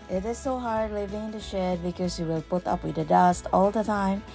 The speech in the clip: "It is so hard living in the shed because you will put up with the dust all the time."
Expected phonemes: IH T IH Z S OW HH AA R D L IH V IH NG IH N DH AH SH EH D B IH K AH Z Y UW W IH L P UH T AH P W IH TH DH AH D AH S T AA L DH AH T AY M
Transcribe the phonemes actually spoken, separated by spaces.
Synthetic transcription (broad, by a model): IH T IH Z S OW HH AA R D L IH V IH NG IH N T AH SH EH D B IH K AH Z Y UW W IH L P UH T AH P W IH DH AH D AH S T AA L DH AH T AY M